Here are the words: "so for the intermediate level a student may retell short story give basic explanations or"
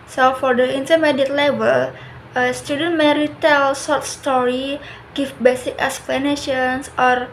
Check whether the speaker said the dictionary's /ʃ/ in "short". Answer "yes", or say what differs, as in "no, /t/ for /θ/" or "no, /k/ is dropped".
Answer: no, /s/ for /ʃ/